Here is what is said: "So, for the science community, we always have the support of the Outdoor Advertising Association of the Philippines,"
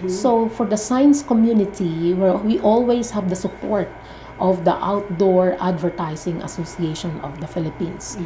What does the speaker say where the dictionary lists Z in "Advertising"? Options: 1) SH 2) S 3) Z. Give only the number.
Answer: 2